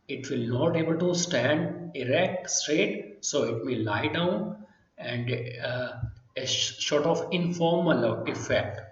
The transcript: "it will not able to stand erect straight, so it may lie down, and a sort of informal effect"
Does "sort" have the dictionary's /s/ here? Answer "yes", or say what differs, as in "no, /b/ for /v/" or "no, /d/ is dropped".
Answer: no, /ʃ/ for /s/